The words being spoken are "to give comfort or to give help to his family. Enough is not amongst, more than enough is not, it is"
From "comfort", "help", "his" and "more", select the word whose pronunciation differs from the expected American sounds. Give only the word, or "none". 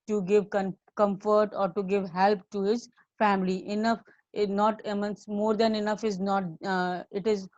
none